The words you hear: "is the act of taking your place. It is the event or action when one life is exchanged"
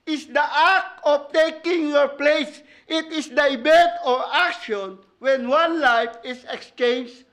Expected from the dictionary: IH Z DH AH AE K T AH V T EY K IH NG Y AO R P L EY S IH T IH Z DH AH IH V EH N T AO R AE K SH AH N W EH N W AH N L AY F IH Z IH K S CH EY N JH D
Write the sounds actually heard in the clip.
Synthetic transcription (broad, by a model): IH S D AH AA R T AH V T EY K IH NG Y AO R P L EY S IH T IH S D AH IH B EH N T AO R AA K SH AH N W EH N W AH N L AY F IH S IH K S CH EY N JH